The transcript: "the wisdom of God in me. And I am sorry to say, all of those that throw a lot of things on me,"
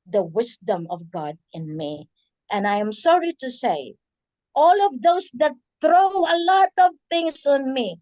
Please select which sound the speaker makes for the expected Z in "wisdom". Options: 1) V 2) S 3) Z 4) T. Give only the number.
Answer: 2